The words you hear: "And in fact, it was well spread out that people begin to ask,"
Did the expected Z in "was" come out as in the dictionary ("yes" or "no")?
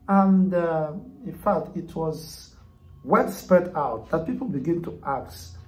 yes